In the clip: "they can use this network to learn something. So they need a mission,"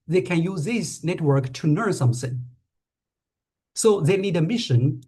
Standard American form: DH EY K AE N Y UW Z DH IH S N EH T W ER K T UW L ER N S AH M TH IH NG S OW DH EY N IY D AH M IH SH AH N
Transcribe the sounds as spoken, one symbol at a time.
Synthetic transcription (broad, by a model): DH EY K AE N Y UW Z DH IH S N EH T W ER K T UW N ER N S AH M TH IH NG S OW DH EY N IY D AH M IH SH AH N